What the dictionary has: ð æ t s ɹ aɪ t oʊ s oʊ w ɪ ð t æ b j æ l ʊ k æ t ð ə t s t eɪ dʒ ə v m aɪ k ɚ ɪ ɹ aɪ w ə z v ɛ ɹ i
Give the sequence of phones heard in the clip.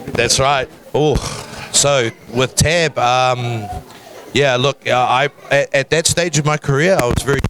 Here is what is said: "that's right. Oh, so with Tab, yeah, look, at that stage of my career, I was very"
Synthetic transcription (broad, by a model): ð æ t s ɹ aɪ t oʊ s oʊ w ɪ ð t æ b j æ l ʊ k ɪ t ð ə t s t eɪ dʒ ə v m aɪ k ɚ ɪ ɹ aɪ w ə z v ɛ ɹ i